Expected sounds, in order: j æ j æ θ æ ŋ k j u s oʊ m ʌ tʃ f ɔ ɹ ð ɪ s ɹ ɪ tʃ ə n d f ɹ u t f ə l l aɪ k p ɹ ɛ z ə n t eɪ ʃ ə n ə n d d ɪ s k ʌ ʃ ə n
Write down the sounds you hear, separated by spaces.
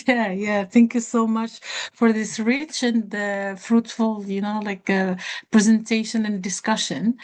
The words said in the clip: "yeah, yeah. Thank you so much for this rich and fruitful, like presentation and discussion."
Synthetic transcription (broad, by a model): j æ j æ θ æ ŋ k j u s oʊ m ʌ tʃ f ɔ ɹ ð ɪ s ɹ ɪ tʃ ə n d f ɹ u t f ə l l aɪ k p ɹ ɛ z ə n t eɪ ʃ ə n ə n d d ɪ s k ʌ ʃ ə n